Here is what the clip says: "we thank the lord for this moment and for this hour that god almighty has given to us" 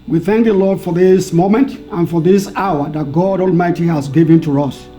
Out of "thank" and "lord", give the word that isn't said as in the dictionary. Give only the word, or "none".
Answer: none